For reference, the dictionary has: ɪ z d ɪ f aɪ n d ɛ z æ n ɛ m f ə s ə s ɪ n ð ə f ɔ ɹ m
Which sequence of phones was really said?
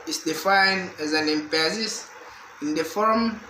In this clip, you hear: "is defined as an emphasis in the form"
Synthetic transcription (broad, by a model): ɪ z d ɪ f aɪ n d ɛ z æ n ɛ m p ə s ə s ɪ n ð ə f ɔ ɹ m